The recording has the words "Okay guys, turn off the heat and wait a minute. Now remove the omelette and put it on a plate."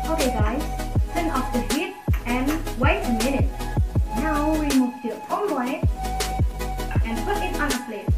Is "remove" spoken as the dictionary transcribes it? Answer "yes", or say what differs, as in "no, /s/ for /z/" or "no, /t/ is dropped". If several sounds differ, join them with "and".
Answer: no, /w/ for /ɹ/